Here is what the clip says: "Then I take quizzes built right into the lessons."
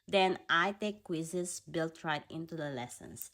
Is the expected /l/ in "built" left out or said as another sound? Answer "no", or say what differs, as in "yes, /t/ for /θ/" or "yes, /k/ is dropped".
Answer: no